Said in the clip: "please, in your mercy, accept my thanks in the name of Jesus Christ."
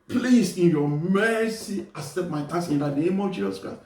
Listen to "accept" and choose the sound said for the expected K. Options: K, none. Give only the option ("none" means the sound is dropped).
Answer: none